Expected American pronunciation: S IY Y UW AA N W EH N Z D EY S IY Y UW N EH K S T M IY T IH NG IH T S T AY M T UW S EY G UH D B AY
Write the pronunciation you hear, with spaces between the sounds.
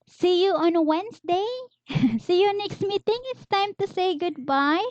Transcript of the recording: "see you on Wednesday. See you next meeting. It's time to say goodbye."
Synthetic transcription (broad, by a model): S IY Y UW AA N W EH N S D EY S IY Y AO N EH K S T M IY T IH NG IH T S T AY M T UW S EY G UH D B AY